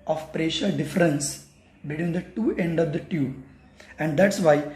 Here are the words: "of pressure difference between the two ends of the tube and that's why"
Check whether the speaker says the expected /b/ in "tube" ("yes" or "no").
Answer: no